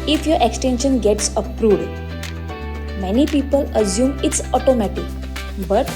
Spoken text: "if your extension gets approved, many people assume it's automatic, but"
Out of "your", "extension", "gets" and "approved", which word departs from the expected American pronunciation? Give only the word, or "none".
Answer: approved